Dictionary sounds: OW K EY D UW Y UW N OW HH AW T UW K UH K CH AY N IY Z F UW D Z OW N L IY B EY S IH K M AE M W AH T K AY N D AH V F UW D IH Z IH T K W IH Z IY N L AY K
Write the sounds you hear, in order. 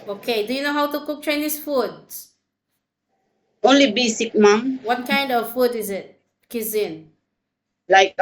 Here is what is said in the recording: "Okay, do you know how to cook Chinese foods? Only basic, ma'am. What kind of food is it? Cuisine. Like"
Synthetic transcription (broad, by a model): OW K EY D UW Y UW N OW HH AW T UW K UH K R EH N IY S F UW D OW N L IY B EY S IH K M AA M W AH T K AY N D AH V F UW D IH Z IH T K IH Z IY N L AY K